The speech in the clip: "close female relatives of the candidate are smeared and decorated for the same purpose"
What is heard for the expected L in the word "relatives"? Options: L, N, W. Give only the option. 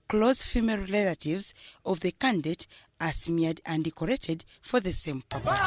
N